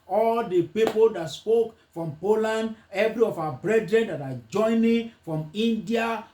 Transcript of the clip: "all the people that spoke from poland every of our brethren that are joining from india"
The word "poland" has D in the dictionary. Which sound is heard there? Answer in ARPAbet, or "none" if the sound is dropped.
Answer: D